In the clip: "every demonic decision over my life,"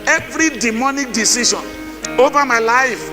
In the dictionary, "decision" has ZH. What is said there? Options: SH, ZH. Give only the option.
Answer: SH